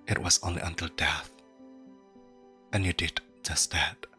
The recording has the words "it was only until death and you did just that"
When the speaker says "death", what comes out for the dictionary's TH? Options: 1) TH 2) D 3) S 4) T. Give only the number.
1